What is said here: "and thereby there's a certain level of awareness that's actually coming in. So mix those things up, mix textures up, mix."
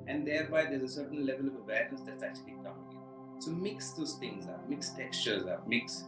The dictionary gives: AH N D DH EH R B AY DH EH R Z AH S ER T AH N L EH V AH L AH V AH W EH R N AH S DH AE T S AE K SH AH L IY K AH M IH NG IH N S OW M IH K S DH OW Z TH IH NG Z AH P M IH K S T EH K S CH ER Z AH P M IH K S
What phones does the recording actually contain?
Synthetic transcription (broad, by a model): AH N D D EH R B AY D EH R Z AH S ER T AH N L EH V AH L AH V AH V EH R AH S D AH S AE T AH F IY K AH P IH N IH S OW M IH K S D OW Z T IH NG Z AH M IH K S T EH K S CH ER Z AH M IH K S